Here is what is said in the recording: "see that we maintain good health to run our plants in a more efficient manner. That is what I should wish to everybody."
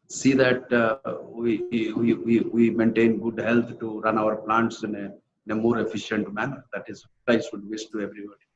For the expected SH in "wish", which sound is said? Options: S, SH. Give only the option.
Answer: S